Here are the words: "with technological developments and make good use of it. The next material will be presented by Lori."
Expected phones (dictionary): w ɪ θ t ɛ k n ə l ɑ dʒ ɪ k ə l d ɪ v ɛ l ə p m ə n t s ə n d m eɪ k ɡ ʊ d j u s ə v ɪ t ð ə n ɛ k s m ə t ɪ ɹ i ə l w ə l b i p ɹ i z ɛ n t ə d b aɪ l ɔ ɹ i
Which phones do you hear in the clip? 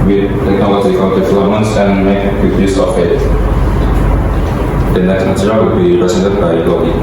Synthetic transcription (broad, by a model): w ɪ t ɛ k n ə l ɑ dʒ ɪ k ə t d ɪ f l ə m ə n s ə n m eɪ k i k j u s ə f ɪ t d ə n ɛ k s m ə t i ɹ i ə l w ə l b i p ɹ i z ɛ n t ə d b aɪ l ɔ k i